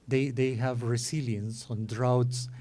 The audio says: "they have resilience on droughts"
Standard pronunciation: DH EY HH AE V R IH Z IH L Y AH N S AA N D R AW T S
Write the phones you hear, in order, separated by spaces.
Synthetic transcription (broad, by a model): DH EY HH AE V R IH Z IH L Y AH N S AA N D R AW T S